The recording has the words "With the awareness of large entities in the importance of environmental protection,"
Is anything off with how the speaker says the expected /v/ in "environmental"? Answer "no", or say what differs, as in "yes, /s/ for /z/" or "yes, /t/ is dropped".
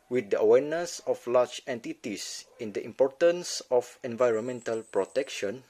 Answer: no